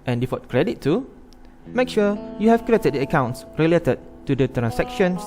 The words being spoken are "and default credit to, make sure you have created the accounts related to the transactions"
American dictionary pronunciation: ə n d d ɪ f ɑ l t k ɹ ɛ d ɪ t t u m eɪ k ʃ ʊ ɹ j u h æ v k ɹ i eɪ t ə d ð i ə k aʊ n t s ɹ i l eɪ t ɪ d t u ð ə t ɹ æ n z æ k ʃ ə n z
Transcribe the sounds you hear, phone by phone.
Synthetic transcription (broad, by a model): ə n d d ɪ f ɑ t k ɹ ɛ d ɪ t t u m eɪ k ʃ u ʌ j u h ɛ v k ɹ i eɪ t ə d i ə k aʊ n t s ɹ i l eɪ t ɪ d t u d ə t ɹ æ n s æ k ʃ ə n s